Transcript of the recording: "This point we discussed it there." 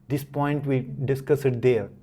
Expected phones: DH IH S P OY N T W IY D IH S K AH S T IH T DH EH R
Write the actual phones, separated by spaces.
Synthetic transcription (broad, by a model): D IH S P OY N T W IY D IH S K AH S IH T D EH R